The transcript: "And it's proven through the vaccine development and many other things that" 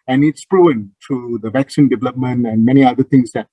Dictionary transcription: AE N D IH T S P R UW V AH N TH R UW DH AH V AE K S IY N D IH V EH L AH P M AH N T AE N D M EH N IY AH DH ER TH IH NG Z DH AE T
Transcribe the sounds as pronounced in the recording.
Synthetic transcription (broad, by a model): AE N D IH T S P R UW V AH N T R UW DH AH V AE K S IY N D IH V EH L AH P M AH N T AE N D M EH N IY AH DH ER T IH NG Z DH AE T